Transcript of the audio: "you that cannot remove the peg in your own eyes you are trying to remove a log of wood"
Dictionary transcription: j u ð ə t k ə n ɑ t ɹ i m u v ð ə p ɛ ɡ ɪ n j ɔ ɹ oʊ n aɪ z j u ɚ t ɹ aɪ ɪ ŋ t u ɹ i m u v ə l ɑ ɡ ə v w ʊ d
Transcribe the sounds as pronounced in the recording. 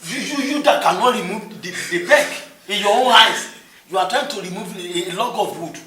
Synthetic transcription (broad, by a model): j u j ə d k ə n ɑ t ɹ i m u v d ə b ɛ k ɪ n j ɔ oʊ n aɪ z j u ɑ t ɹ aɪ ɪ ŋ t u ɹ i m u v l ɑ ɡ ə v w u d